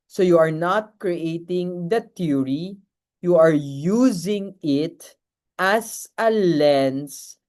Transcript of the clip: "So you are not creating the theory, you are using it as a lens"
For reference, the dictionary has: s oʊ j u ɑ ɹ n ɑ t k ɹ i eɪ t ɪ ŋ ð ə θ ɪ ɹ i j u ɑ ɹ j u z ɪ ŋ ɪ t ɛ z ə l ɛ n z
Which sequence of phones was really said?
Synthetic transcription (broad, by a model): s oʊ j u ɑ ɹ n ɑ t k ɹ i eɪ t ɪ ŋ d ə t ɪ ɹ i j u ɑ ɹ j u z ɪ ŋ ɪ t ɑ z ə l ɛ n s